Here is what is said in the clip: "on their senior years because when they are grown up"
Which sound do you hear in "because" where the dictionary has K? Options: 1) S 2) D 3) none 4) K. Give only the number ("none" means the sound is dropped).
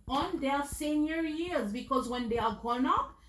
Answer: 4